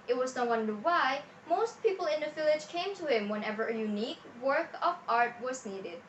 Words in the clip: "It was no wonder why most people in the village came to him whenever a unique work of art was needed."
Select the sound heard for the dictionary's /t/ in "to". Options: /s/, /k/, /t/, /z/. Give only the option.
/t/